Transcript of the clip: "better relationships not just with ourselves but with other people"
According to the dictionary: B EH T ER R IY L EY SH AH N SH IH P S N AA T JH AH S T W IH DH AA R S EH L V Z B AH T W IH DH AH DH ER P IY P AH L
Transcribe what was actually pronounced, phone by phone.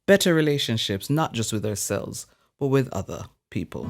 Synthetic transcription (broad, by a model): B EH T ER R IY L EY SH AH N SH IH P S N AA T JH AH S T W IH DH AA R S EH L V Z B AH T W IH DH AH DH ER P IY P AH L